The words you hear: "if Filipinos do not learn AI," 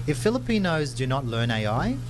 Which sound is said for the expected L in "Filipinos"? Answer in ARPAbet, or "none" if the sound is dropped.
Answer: L